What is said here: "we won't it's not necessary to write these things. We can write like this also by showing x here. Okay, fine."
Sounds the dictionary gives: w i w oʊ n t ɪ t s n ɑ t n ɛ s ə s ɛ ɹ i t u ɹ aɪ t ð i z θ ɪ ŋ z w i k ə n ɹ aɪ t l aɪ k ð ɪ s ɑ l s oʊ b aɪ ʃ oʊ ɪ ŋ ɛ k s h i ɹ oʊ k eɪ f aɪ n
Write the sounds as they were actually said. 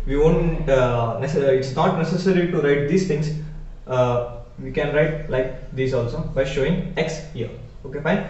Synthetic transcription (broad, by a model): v i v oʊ n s ɪ t s n ɑ t n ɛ s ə s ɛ ɹ i t u ɹ aɪ t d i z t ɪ ŋ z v i k ə n ɹ aɪ t l aɪ k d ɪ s ɑ l s oʊ b aɪ ʃ oʊ ɪ ŋ ɛ k s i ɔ oʊ k eɪ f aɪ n